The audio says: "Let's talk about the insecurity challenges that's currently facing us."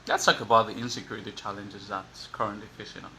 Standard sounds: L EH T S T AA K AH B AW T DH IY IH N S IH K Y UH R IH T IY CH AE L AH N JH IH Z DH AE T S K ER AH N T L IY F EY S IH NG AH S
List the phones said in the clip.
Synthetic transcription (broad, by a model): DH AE T S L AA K AH B AW T DH IY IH N S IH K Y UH R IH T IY CH AE L AH N JH IH Z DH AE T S K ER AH N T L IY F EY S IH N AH